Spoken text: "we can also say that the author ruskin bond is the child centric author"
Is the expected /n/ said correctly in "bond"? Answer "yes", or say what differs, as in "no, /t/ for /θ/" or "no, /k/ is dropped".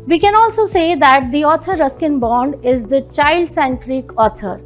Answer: yes